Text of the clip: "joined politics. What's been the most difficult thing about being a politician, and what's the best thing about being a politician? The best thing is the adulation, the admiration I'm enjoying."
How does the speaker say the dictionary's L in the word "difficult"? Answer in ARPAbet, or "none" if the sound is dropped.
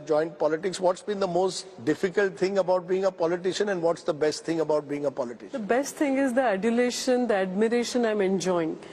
L